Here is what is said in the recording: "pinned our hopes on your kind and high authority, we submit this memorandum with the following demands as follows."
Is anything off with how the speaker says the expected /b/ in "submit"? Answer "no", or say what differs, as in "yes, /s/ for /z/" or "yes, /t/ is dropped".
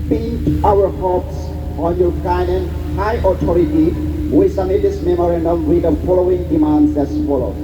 yes, /b/ is dropped